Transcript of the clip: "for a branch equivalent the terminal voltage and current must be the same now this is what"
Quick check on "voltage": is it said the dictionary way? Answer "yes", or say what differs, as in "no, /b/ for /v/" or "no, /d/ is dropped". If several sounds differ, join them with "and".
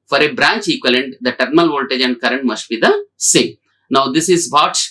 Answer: yes